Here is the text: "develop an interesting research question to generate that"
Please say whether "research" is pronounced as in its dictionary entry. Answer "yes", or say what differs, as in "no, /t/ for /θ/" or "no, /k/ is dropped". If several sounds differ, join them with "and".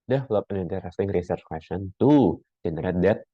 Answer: yes